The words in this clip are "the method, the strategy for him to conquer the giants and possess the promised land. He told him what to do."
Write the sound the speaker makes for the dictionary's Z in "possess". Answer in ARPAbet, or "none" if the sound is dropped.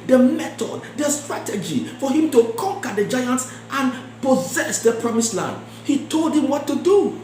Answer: Z